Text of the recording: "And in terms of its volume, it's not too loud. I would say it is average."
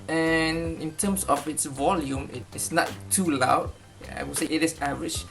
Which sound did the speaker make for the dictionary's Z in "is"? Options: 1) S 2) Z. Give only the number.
1